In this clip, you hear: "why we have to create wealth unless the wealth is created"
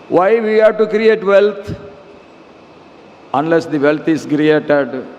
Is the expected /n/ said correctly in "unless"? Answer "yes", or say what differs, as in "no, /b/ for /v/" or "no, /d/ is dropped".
yes